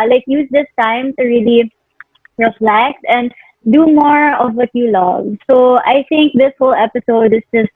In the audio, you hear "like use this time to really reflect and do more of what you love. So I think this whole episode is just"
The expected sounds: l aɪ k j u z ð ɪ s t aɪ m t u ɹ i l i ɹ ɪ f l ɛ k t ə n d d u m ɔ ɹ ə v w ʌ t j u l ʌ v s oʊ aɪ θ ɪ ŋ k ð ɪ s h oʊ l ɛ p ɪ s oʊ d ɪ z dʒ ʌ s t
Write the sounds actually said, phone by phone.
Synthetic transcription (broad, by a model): l aɪ k j u z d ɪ s t aɪ m t u ɹ i l i ɹ ɪ f l ɛ k t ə n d d u m ɔ ɹ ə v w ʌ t j u l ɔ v s oʊ aɪ t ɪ ŋ k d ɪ s h oʊ l ɛ p ɪ s oʊ d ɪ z dʒ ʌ s t